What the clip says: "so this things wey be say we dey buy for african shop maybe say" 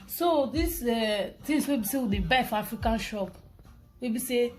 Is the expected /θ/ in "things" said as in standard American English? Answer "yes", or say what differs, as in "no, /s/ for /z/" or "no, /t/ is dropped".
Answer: no, /t/ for /θ/